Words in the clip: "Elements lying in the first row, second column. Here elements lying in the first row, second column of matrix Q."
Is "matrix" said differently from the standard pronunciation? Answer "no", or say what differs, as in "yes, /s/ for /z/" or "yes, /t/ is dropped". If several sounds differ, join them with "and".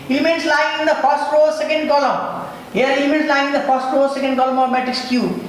yes, /ɹ/ is dropped